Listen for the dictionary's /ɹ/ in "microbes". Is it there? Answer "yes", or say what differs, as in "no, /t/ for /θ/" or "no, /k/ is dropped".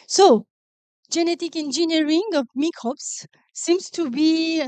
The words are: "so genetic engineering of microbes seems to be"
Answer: no, /ɹ/ is dropped